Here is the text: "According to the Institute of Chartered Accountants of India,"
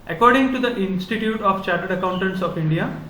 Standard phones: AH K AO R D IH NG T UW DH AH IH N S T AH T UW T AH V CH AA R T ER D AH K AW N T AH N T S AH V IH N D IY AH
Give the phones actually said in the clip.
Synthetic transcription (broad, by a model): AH K AO R D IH NG T UW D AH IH N S T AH T UW T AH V CH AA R T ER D AH K AW N T AH N T S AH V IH N D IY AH